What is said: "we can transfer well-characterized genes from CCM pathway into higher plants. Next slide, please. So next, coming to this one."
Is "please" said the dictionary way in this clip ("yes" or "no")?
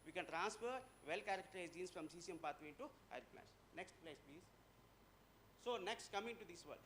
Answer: yes